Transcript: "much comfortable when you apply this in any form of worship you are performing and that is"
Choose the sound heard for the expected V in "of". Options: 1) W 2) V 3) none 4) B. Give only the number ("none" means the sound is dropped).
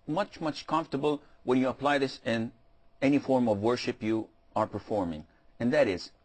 2